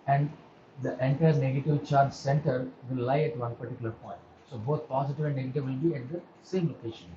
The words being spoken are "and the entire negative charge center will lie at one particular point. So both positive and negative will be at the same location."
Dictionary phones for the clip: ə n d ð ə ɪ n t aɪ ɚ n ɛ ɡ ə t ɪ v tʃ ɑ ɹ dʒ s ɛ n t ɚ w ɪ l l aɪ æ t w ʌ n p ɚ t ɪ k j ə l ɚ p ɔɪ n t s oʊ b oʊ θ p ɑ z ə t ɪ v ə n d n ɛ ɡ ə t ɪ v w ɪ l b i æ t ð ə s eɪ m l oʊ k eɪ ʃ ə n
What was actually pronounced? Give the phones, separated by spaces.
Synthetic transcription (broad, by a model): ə n d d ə ɪ n t aɪ ɚ n ɛ ɡ ə t ɪ v tʃ ɑ ɹ dʒ s ɛ n t ɚ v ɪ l l aɪ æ t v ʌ n p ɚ t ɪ k j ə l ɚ p ɔɪ n t s oʊ b oʊ t p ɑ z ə t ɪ v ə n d n ɛ ɡ ə t ɪ v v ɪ l b i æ t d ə s eɪ m l oʊ k eɪ ʃ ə n